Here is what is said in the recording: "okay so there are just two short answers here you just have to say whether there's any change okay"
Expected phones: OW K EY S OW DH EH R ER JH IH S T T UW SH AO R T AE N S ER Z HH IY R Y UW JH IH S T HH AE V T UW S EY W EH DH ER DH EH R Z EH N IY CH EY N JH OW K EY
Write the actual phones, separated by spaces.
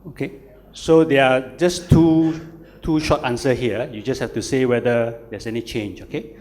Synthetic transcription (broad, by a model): OW K EY S OW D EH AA JH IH S T T UW SH AO T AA N S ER HH IY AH Y UW JH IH S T HH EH F T UW S EY W EH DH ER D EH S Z EH N IY CH EY N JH OW K EY